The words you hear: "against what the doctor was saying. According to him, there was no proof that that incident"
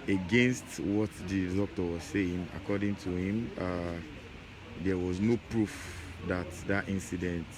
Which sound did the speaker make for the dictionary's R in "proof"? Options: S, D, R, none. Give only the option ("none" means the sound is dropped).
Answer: R